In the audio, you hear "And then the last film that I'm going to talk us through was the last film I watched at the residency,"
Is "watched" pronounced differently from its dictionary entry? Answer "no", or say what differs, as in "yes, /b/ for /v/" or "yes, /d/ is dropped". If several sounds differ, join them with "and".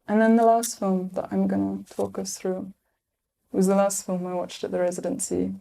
no